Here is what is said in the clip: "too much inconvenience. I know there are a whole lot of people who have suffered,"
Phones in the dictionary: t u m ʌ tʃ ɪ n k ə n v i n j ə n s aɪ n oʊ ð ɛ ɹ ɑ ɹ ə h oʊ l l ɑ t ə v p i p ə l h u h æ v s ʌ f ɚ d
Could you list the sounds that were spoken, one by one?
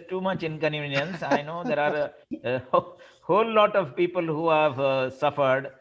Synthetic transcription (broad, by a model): t u m ʌ tʃ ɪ n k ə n i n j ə n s aɪ n oʊ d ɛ ɹ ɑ ɹ ə h oʊ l l ɑ t ə v p i p ə l h u h æ v s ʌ f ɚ d